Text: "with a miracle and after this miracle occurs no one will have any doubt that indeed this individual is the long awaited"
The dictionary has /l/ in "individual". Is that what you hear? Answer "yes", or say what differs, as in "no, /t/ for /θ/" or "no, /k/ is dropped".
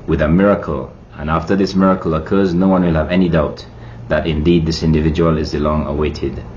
yes